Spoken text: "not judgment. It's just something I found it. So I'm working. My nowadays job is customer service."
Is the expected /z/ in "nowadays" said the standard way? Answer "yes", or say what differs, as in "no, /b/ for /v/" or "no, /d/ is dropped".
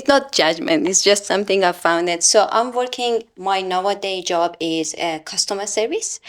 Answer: no, /z/ is dropped